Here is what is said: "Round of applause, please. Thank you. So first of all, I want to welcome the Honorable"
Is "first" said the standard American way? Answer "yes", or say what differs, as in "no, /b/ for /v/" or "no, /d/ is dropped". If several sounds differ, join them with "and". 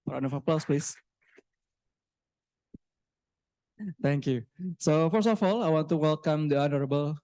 no, /t/ is dropped